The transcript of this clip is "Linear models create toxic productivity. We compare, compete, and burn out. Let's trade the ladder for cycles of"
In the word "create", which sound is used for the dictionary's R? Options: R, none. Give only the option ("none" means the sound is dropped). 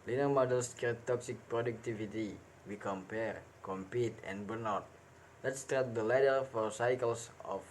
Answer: none